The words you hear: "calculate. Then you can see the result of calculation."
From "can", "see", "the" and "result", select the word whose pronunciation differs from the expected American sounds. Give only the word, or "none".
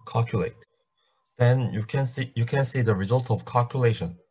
none